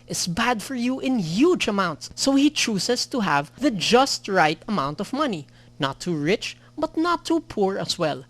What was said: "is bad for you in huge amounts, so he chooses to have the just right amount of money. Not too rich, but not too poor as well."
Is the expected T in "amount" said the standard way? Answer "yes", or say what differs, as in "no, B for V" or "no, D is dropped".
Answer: yes